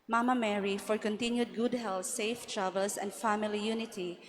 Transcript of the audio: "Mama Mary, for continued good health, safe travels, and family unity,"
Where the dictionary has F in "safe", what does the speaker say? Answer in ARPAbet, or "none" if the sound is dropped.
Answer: F